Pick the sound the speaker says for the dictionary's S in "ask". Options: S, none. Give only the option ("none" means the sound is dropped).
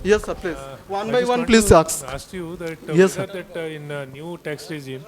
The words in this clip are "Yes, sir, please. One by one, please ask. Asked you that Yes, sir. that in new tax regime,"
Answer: none